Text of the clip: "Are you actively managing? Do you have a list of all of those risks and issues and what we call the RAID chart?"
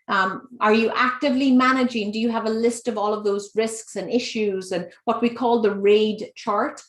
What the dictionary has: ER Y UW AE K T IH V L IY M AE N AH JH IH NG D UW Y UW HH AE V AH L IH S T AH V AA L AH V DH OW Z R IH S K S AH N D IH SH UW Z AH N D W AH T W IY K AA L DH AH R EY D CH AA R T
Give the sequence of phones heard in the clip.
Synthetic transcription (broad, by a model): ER Y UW AE K T IH V L IY M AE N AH JH IH NG D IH Y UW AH V AH L IH S T AH V AA L AH V DH OW Z R IH S K S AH N IH SH UW Z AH N W AH T W IY K AA L DH AH R EY D CH AA R T